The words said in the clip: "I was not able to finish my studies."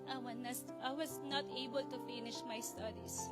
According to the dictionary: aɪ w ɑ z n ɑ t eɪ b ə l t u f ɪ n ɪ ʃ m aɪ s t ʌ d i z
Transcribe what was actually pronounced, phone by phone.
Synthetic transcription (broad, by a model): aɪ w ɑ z n ɑ t eɪ b ə l t u f ɪ n ɪ ʃ m aɪ s t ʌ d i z